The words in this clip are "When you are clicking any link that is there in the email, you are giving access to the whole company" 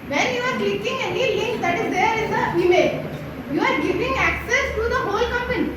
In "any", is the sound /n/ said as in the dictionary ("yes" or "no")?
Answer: yes